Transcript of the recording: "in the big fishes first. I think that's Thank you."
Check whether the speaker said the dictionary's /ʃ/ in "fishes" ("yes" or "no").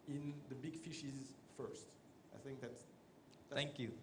yes